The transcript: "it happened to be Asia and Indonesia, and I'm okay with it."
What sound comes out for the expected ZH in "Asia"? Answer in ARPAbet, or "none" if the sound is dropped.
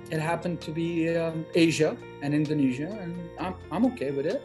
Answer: ZH